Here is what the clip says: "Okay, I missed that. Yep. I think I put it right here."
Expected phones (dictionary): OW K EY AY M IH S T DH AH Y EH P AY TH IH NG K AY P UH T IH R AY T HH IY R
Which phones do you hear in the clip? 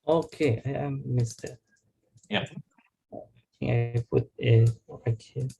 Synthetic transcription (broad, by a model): OW K EY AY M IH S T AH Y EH AY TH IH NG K AY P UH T IH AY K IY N